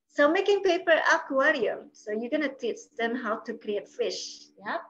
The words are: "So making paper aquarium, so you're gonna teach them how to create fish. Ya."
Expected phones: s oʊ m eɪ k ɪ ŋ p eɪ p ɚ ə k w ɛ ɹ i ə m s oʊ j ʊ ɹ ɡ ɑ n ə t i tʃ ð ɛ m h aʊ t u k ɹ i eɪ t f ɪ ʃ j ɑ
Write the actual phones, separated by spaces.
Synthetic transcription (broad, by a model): s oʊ m eɪ k ɪ ŋ p eɪ p ɚ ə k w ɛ ɹ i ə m s oʊ j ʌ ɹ ɡ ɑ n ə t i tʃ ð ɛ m h aʊ t u k ɹ i eɪ t f ɪ ʃ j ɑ